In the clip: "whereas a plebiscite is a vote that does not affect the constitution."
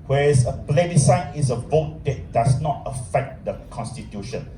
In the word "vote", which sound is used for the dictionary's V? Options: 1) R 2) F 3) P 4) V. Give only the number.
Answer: 4